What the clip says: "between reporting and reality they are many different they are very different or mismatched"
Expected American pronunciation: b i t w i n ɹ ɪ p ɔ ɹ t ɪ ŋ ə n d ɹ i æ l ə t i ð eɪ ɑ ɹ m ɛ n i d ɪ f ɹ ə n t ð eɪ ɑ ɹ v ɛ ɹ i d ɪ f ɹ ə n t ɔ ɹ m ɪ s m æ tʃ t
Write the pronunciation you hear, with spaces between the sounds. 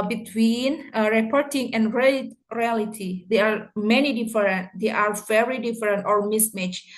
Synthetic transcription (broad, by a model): b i t w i n ɹ ɪ p ɔ ɹ t ɪ ŋ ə n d ɹ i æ l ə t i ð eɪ ɑ ɹ m ɛ n i d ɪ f ɹ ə n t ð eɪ ɑ ɹ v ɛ ɹ i d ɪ f ɹ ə n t ɔ ɹ m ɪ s m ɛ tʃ